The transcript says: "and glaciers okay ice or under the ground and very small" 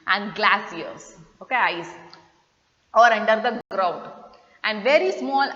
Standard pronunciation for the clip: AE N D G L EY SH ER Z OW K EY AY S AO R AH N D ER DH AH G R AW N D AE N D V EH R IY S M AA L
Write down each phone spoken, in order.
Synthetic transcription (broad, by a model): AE N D G L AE S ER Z OW K EY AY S AO R AH N D ER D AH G R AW N D AE N D V EH R IY S M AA L